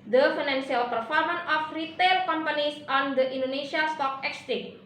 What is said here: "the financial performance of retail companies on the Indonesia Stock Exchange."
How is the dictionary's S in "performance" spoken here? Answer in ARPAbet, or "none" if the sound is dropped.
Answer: none